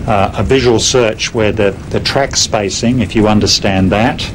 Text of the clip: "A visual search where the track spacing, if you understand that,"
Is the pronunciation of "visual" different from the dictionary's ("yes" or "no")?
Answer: no